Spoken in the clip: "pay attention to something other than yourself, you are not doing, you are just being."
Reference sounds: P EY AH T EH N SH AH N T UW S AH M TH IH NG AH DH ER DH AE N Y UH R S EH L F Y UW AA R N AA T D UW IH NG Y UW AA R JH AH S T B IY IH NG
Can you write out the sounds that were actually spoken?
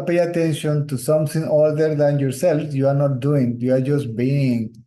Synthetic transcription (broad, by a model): P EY AH T EH N SH AH N T UW S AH M T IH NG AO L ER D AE N Y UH R S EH L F Y UW AA R N AA T D UW IH NG Y UW AA R JH AH S T B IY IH NG